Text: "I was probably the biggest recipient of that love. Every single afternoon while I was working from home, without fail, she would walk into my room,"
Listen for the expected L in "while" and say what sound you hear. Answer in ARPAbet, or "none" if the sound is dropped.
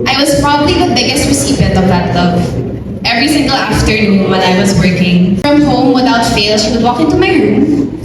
N